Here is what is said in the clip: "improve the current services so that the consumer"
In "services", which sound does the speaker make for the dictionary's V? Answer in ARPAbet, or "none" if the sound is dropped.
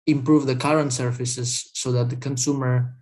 F